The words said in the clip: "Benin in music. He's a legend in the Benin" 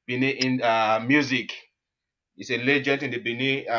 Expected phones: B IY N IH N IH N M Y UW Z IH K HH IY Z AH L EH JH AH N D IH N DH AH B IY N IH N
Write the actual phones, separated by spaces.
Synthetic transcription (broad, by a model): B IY N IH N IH M Y UW Z IH K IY S AH L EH JH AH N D IH N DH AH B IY N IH